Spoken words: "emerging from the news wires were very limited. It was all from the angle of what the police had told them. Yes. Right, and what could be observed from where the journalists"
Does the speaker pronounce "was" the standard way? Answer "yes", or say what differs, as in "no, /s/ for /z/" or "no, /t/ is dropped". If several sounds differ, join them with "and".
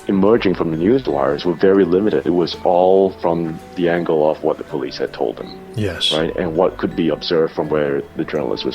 yes